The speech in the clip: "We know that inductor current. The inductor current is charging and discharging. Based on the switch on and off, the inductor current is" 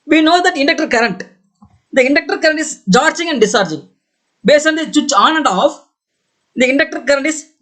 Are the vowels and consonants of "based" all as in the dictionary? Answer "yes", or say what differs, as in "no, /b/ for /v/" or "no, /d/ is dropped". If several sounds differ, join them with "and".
no, /t/ is dropped